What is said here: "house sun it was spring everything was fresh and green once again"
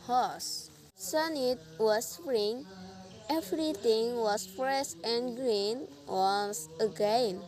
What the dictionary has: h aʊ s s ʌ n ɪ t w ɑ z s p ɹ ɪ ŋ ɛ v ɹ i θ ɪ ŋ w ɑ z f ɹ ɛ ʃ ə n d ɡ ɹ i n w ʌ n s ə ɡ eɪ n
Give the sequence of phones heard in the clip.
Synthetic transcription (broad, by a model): h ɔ s s ʌ n ɪ t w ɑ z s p ɹ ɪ ŋ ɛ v ɹ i t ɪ ŋ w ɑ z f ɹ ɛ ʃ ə n ɡ ɹ i n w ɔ s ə ɡ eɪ n